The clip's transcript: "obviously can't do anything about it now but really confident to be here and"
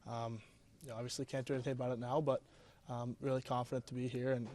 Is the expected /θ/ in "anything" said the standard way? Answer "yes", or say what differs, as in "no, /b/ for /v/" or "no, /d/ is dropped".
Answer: yes